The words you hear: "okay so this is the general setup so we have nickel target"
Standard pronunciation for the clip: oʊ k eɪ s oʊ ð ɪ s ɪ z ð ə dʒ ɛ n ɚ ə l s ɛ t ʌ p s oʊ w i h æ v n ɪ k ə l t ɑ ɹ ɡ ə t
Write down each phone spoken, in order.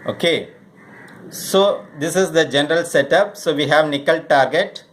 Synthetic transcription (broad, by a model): oʊ k eɪ s oʊ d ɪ s ɪ z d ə dʒ ɛ n ɚ ə l s ɛ t ʌ p s oʊ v i h æ v n ɪ k ə l t ɑ ɹ ɡ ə t